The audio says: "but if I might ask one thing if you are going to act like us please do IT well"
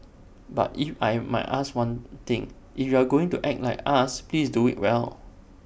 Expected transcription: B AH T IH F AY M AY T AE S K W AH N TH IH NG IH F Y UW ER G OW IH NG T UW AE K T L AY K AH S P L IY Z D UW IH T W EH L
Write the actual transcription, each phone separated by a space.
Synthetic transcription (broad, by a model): B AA T IH F AY M AY T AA S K W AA N T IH NG IH F Y UW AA G OW IH NG T UW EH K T L AY K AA S P L IY S D UW IH T W EH L